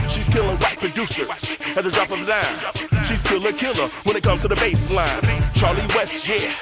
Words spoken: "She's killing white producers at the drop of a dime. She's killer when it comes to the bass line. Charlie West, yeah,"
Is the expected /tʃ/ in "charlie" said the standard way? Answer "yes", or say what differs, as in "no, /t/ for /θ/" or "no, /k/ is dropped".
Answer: yes